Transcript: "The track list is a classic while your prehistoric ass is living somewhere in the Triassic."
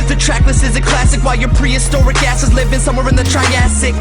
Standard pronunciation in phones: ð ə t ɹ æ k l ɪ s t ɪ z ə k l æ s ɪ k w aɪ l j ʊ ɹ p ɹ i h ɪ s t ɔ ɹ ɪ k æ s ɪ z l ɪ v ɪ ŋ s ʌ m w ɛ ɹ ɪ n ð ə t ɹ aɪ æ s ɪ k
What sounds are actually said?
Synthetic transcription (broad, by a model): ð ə t ɹ æ k l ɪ s ɪ z ə k l æ s ɪ k w aɪ l j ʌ ɹ p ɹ i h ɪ s t ɔ ɹ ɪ k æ s ɪ z l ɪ v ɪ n s ʌ m w ɛ ɹ ɪ n ð ə t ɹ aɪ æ s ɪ k